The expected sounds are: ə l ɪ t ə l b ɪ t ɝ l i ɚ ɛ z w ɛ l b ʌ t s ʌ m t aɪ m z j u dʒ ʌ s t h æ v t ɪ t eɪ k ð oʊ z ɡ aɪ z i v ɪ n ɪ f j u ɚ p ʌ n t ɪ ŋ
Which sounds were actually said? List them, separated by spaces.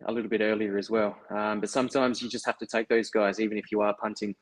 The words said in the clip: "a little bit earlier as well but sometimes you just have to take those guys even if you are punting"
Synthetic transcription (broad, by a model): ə l ɪ t l b ɪ t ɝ l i ɚ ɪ z w ɛ l b ʌ t s ʌ m t aɪ m z j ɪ dʒ ʌ s t h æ f t ɪ t eɪ k ð oʊ z ɡ aɪ z i v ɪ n ɪ f j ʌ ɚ p ʌ n t ɪ ŋ